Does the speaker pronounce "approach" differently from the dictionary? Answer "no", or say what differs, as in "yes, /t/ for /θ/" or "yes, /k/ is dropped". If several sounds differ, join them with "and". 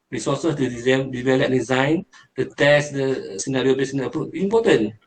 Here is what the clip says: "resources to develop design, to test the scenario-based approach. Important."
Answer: yes, /ɹ/ is dropped